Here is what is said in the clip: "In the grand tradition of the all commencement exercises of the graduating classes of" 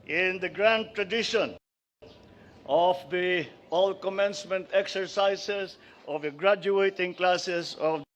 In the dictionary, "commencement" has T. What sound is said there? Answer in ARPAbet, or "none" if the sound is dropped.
T